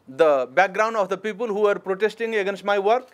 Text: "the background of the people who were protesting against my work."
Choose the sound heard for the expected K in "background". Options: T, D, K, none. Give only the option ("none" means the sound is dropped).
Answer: K